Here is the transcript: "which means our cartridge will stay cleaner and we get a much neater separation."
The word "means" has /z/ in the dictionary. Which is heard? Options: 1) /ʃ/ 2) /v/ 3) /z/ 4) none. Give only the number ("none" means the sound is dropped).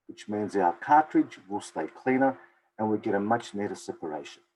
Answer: 3